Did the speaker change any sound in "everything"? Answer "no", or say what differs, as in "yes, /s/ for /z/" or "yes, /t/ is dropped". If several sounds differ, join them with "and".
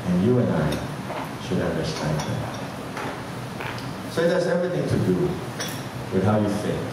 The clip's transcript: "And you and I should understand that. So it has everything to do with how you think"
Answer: no